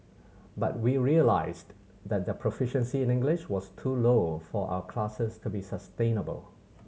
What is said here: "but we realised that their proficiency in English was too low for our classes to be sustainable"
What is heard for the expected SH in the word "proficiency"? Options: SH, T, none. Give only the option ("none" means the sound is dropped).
SH